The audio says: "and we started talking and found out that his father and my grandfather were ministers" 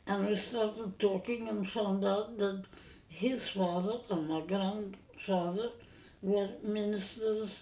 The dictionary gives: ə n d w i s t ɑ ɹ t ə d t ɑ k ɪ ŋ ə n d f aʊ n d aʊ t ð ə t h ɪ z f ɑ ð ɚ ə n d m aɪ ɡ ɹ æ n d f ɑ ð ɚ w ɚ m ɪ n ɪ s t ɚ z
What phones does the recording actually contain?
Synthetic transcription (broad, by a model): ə n w i s t ɑ ɹ t ə d t ɑ k ɪ ŋ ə n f aʊ n d aʊ t ð ə t h ɪ z f ɑ ð ɚ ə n m aɪ ɡ ɹ æ n d f ɑ ð ɚ w ɚ m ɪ n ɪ s t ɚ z